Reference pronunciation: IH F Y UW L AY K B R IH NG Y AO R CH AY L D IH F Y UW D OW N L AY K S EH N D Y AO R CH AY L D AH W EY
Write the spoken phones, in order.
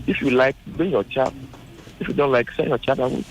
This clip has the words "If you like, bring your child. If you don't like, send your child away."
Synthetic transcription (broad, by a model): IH F Y UW L AY K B IH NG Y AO CH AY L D IH F Y UW D OW N L AY K S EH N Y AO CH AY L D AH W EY